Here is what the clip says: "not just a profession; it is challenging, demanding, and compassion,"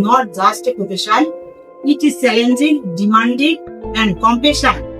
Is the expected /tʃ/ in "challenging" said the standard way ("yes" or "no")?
no